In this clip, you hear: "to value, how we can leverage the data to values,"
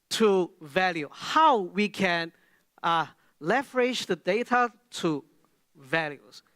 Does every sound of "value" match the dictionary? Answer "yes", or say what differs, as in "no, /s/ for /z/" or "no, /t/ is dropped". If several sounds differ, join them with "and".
yes